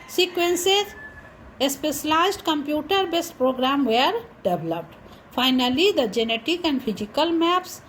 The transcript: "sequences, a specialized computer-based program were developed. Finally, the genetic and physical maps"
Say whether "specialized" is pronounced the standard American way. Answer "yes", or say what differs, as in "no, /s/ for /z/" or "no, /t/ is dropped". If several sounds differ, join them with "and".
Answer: no, /s/ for /ʃ/